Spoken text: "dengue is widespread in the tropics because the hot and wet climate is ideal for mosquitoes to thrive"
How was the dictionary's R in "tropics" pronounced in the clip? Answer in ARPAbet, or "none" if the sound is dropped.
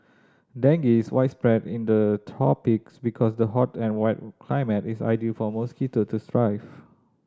none